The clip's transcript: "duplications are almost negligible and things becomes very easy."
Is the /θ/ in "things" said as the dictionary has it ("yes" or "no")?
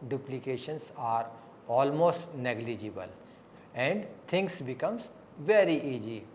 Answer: no